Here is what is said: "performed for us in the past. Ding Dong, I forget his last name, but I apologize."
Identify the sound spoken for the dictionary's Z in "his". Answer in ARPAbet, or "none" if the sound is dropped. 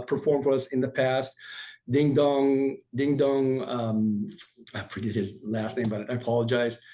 Z